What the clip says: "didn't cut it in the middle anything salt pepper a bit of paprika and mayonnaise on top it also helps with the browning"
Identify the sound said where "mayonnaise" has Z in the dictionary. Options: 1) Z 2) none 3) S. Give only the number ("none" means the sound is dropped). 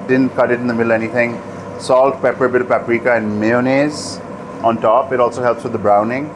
1